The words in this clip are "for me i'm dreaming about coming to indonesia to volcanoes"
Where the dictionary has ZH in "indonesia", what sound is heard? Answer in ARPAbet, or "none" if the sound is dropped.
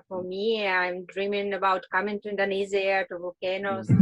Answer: Z